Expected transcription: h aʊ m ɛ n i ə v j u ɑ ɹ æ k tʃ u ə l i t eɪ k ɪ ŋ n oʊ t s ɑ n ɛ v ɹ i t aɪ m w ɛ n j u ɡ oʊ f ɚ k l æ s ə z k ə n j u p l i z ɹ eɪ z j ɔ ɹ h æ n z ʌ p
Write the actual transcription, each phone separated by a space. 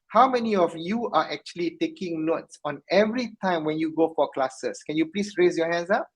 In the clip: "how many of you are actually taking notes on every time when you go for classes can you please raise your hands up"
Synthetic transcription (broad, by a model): h aʊ m ɛ n i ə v j u ɑ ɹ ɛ k tʃ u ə l i t eɪ k ɪ ŋ n oʊ t s ɑ n ɛ v ɹ i t aɪ m w ɛ n j u ɡ oʊ f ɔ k l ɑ s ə s k ə n j u p l i s ɹ eɪ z j ɔ h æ n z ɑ p